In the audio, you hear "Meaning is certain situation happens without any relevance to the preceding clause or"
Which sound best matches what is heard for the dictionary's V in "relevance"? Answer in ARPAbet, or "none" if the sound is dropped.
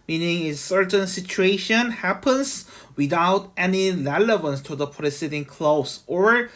V